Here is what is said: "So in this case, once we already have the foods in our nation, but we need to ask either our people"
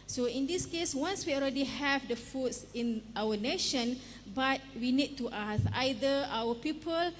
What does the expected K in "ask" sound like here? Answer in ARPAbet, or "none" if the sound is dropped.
none